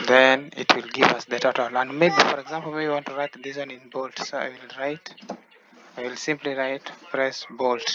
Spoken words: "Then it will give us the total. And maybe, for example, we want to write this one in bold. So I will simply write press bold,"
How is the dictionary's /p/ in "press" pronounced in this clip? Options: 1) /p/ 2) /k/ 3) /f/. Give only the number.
3